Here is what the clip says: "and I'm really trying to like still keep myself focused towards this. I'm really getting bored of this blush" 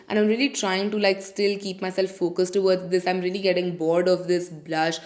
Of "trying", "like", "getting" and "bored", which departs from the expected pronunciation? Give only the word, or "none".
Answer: none